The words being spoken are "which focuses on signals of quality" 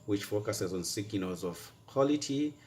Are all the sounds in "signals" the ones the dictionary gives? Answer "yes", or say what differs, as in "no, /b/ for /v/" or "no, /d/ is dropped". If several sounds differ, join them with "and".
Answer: no, /l/ is dropped